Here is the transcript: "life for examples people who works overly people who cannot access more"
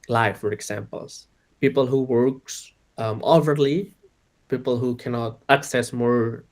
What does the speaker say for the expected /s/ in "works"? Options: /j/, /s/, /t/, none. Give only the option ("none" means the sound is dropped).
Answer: /s/